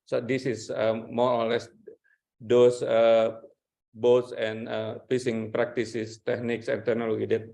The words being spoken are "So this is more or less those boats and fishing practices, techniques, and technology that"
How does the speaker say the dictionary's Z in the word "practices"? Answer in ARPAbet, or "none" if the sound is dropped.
S